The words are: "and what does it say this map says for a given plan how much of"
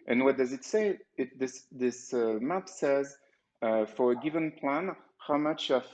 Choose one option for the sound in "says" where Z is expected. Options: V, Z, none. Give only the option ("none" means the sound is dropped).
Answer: Z